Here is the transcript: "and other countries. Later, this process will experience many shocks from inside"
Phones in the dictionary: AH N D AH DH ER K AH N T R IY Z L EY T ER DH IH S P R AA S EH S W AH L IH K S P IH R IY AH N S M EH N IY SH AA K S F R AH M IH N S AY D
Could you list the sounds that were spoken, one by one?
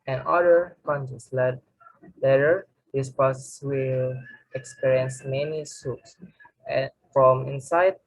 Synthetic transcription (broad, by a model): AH N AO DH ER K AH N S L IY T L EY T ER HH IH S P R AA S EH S W AH L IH K S P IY R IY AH N S M EH N IY S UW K S F R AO M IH N S AY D